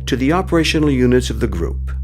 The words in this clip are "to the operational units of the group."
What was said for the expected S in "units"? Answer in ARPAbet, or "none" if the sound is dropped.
S